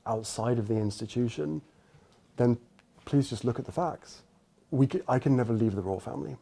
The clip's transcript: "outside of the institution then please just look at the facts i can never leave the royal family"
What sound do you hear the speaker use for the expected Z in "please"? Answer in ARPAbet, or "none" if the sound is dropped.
Z